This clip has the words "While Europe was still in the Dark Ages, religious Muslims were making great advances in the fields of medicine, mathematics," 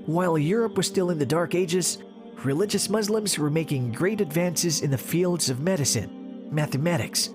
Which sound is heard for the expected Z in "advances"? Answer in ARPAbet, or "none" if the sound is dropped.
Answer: Z